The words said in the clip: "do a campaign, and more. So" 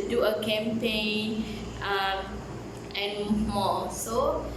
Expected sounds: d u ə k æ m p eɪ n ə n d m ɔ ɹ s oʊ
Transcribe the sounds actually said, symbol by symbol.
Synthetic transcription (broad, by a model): d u ə k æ m p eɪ n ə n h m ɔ l s oʊ